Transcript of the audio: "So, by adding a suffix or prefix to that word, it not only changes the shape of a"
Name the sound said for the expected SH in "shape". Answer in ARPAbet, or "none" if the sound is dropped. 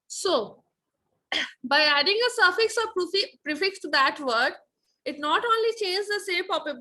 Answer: S